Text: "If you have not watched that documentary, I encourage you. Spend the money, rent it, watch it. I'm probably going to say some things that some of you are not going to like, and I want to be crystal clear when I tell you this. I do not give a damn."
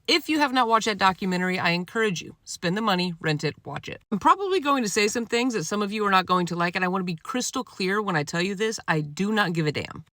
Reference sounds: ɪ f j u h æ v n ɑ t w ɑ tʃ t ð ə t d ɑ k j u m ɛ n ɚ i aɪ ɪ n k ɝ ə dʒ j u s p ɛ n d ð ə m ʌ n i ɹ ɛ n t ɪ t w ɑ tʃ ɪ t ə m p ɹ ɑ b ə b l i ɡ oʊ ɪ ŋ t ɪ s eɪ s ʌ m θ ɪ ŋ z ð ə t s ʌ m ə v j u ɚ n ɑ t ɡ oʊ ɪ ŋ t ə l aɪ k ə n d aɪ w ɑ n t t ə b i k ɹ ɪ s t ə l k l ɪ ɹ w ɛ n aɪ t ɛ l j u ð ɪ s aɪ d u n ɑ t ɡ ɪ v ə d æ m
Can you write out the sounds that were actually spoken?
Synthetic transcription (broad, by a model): ɪ f j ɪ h v n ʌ t w ɑ tʃ ð ə t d ɑ k j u m ɛ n ɚ i aɪ ɪ n k ɝ ə dʒ j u s p ɛ n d ð ə m ʌ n i ɹ ɛ n t ɪ t w ɑ tʃ ɪ t ə m p ɹ ɑ b ə b l i ɡ oʊ ɪ ŋ t ɪ s eɪ s ʌ m θ ɪ ŋ z ð ə t s ʌ m ə v j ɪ ɚ n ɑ t ɡ oʊ ɪ ŋ t ə l aɪ k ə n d aɪ w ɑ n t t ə b i k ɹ ɪ s t l k l ɪ ɹ w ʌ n aɪ t ɛ l j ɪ ð ɪ s aɪ d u n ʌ t ɡ ɪ v ə d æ m